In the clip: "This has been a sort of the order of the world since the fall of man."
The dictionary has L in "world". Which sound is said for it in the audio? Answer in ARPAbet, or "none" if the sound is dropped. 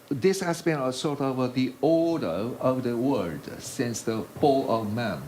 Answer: none